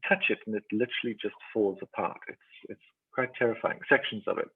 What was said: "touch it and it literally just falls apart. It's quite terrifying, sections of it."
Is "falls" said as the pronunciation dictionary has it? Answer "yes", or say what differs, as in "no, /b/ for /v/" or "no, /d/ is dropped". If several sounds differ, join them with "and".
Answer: yes